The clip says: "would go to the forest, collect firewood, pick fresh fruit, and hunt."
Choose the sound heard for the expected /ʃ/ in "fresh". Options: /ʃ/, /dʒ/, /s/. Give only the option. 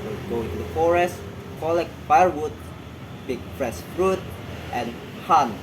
/s/